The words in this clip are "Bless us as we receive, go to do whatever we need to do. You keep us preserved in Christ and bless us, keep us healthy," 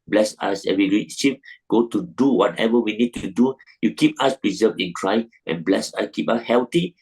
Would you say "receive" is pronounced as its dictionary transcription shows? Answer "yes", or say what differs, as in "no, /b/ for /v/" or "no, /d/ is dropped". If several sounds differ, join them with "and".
no, /p/ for /v/